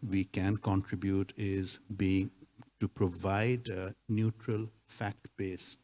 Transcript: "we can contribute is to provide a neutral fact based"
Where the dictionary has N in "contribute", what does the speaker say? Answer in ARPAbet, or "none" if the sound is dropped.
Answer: N